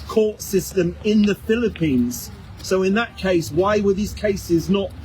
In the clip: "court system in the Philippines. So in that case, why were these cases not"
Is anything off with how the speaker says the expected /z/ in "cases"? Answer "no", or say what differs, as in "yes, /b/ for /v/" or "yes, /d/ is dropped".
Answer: no